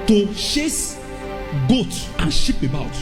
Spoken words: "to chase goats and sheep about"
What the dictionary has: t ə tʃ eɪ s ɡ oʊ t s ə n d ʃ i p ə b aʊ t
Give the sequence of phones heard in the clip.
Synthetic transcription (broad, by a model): t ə ʃ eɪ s ɡ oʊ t ə n ʃ i p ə b aʊ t